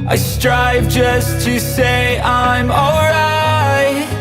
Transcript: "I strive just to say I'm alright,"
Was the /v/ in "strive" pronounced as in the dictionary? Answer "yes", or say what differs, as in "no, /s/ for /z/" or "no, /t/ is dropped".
yes